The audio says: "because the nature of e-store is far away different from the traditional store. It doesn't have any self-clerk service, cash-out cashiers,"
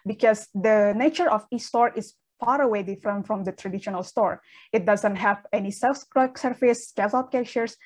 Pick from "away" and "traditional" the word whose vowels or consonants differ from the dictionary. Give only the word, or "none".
none